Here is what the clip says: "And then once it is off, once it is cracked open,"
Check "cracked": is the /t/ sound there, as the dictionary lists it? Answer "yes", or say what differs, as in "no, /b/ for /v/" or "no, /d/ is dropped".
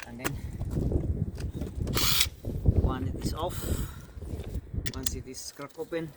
no, /t/ is dropped